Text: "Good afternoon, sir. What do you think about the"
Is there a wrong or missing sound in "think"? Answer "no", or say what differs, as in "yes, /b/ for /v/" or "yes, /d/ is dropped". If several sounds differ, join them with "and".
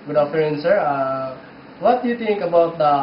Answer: yes, /t/ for /θ/